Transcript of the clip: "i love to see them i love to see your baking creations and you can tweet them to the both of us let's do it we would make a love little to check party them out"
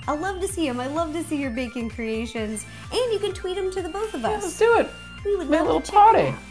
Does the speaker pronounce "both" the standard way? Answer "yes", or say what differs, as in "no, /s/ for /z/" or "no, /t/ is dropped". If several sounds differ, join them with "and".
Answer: yes